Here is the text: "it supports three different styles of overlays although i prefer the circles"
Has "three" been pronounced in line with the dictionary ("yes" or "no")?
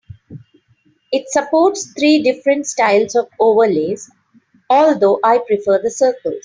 no